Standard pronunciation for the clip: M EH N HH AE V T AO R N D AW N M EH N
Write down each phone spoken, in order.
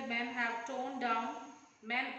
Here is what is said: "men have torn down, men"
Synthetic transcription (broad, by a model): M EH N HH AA W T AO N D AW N M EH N